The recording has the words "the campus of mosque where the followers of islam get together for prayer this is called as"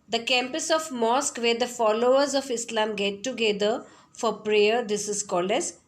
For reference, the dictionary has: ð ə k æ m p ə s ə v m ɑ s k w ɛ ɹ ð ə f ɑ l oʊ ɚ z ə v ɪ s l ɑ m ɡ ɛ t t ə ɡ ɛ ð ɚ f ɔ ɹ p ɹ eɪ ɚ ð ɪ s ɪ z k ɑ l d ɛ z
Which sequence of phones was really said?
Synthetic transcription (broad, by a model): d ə k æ m p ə s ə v m ɑ s k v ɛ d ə f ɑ l oʊ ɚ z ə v ɪ s l ɑ m ɡ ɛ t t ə ɡ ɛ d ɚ f ɔ ɹ p ɹ eɪ ɚ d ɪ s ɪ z k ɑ l ɛ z